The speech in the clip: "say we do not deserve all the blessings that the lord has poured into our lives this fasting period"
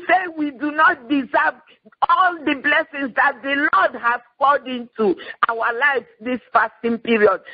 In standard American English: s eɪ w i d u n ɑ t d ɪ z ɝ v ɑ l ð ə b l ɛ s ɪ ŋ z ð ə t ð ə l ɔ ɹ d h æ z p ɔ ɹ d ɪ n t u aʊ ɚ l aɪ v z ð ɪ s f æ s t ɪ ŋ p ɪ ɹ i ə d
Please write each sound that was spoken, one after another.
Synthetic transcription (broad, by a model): s eɪ w i d u n ɑ t d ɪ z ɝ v ɑ l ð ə b l ɛ s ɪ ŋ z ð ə t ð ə l ɔ d h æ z f ɔ l d ɪ n t u aʊ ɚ l aɪ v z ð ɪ s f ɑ s t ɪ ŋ p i ɹ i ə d